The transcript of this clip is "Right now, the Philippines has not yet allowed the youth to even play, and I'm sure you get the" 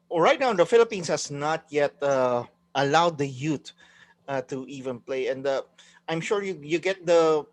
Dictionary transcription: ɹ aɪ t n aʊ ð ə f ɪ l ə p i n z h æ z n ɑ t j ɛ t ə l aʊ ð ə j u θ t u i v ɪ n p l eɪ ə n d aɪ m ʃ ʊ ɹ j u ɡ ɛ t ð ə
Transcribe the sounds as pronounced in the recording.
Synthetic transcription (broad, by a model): ɹ aɪ t n aʊ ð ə f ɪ l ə p i n s h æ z n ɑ t j ɛ t ə l aʊ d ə j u t t u i v ɪ n p l eɪ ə n d aɪ m ʃ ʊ ɹ j u ɡ ɛ t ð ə